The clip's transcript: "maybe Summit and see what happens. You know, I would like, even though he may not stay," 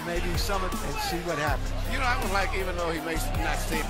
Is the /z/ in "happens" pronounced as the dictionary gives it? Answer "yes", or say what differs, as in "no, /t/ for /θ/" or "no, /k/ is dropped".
no, /z/ is dropped